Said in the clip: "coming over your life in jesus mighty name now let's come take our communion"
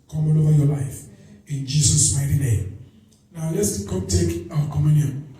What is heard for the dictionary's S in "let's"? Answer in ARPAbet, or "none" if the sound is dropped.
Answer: S